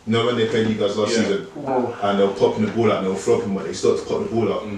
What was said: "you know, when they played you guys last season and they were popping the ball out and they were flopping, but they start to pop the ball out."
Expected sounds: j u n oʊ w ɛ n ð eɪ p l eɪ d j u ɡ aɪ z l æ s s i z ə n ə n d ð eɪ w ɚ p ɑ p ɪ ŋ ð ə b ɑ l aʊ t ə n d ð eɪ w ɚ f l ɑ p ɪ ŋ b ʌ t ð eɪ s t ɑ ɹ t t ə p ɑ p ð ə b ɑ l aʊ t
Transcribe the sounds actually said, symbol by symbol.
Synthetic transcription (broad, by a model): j n oʊ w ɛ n ð eɪ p eɪ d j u ɡ aɪ z l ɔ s s i z ə n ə n ð eɪ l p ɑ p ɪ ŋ ð ə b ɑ l aʊ t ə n ð eɪ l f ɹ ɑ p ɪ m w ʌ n ð eɪ s t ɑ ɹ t t ə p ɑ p ð ə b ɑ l aʊ t